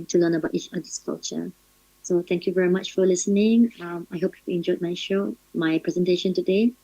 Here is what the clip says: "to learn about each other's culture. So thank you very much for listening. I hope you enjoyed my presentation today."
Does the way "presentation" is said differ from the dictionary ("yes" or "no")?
no